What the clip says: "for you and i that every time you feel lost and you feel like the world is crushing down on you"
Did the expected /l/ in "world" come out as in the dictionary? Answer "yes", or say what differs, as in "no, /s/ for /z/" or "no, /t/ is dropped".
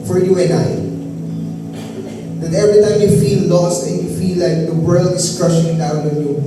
yes